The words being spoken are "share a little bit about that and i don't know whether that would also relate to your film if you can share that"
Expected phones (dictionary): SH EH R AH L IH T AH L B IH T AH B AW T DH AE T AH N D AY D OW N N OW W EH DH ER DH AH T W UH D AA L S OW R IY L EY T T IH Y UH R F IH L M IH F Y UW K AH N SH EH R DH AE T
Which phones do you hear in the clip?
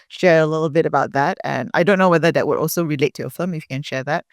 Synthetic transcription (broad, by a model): SH EH R AH L IH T L B IH T AH B AW T DH AE T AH N AY D OW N N OW W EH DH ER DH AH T W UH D AA L S OW R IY L EY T T IH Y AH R F IH L M IH F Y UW K AH N SH EH R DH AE T